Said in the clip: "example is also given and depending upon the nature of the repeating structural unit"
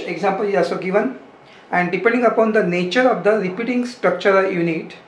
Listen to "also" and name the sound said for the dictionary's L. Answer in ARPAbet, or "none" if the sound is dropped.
none